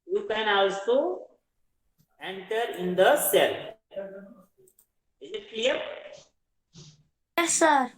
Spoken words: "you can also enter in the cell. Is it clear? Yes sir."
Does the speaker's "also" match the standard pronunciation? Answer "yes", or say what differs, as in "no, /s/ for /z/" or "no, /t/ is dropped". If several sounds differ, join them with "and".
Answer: no, /w/ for /l/